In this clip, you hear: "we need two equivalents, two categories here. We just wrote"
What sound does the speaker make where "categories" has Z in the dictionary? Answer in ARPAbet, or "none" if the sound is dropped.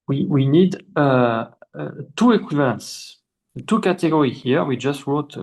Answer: none